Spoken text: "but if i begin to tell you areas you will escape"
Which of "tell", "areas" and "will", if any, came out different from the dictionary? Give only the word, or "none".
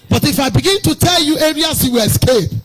areas